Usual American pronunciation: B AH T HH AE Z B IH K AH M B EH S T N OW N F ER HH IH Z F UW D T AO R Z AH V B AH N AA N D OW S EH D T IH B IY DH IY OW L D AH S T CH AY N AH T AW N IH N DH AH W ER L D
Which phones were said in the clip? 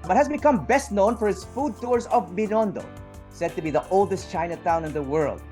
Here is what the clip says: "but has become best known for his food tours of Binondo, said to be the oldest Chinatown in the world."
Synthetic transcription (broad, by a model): B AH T HH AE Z B IH K AH M B EH S T N OW N F ER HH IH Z F UW D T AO R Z AH V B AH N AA N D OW S EH D T IH B IY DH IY OW L D AH S T CH AY N AH T AW N IH N DH AH W ER L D